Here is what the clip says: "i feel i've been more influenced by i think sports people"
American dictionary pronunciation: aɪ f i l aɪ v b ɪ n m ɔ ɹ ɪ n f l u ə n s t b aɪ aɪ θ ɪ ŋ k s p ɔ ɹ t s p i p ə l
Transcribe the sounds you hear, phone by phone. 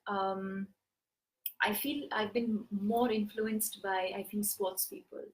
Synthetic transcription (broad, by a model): aɪ f i l aɪ v b ɪ n m ɔ ɹ ɪ n f l u ə n s t b aɪ aɪ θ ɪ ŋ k s p ɔ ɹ t s p i p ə l